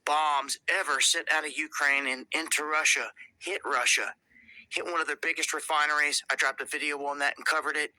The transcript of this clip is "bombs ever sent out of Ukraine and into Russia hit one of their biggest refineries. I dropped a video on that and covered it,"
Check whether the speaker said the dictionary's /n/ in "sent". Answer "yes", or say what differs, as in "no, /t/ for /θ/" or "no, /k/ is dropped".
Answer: no, /n/ is dropped